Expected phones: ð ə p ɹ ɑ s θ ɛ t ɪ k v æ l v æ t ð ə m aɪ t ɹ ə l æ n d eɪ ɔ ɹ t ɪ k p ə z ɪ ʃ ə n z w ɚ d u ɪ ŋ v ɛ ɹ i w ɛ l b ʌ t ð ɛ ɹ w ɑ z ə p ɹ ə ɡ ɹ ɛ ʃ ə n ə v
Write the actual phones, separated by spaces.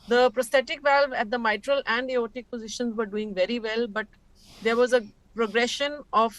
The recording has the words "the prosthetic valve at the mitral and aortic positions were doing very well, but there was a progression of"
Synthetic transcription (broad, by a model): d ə p ɹ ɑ s t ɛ t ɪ k v æ l v æ t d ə m aɪ t ɹ ə l æ n d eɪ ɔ t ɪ k p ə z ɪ ʃ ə n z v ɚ d u ɪ ŋ v ɛ ɹ i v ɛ l b ʌ t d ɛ ɹ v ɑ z ə p ɹ ə ɡ ɹ ɛ ʃ ə n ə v